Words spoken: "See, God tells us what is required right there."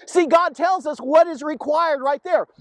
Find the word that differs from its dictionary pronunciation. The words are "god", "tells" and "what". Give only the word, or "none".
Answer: none